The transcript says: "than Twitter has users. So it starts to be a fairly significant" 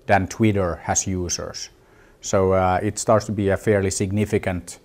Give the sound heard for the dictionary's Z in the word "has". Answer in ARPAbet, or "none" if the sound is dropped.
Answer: S